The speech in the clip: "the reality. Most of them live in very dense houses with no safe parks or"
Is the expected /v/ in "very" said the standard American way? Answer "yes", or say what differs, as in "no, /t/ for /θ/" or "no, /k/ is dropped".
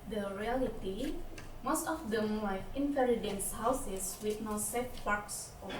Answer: no, /f/ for /v/